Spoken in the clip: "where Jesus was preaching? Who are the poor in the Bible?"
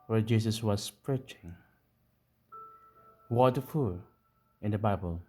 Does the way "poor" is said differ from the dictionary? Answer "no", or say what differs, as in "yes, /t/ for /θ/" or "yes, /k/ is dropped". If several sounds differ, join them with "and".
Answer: yes, /f/ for /p/